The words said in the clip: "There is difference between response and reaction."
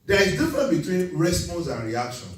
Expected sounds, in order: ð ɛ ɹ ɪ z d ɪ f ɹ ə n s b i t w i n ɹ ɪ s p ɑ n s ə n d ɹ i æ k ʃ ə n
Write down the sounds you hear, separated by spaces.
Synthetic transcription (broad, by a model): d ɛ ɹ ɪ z d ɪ f ɹ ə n b i t w i n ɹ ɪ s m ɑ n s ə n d ɹ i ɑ k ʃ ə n